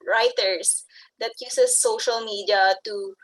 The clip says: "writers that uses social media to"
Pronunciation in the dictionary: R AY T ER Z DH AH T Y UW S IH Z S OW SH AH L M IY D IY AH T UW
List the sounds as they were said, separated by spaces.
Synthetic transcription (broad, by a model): R AY T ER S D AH T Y UW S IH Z S OW SH AH L M IY D IY AH T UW